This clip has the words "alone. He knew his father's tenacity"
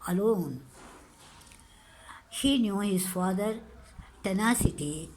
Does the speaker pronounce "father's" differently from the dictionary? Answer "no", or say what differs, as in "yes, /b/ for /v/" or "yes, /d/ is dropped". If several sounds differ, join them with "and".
yes, /z/ is dropped